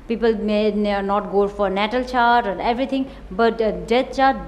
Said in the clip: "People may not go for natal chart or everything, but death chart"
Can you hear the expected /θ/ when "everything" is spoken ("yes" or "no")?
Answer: no